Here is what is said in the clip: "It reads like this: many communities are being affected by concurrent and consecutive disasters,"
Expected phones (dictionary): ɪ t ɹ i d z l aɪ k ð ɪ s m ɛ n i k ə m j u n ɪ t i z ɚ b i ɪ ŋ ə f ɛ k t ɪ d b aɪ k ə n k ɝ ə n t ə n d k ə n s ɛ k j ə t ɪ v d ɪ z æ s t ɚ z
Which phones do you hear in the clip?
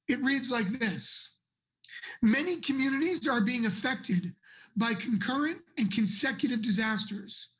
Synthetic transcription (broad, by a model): ɪ t ɹ i d z l aɪ k ð ɪ s m ɛ n i k ə m j u n ɪ t i z ɚ b i ɪ ŋ ə f ɛ k t ɪ d b aɪ k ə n k ɝ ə n t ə n k ə n s ɛ k j ə t ɪ v d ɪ z æ s t ɚ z